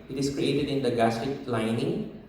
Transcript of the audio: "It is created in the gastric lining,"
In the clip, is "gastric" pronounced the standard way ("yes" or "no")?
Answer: no